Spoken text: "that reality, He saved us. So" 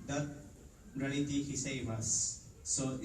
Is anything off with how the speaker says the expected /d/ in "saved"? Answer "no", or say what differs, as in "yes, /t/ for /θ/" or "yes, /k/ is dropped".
yes, /d/ is dropped